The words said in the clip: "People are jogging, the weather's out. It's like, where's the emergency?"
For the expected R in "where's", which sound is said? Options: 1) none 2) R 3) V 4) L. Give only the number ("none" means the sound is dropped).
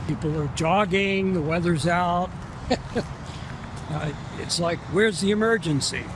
2